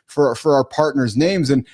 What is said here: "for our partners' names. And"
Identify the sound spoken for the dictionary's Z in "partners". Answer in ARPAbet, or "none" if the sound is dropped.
Z